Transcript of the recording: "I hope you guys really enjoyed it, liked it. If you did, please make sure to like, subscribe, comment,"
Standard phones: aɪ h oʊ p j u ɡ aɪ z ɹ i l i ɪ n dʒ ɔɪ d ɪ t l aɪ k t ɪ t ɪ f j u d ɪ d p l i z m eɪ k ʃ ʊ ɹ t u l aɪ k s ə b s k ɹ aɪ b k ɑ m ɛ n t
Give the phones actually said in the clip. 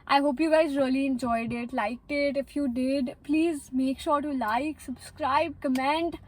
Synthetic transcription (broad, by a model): aɪ h oʊ p j u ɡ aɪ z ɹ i l i ɪ n dʒ ɔɪ d ɪ t l aɪ k t ɪ t ɪ f j u d ɪ d p l i z m eɪ k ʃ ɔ ɹ t u l aɪ k s ə b s k ɹ aɪ b k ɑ m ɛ n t